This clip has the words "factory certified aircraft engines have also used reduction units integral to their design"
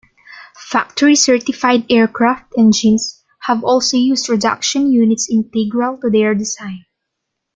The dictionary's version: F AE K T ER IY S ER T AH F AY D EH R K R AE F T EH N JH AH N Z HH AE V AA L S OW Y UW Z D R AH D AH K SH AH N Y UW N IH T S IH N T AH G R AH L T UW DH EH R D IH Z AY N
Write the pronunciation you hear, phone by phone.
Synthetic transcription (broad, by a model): F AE K T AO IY S ER T AH F AY D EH R K R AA F T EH N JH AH N S HH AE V AA L S OW Y UW S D R AH D AH K SH AH N Y UW N IH T S IH N T AH G R AH L T UW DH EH R D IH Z AY N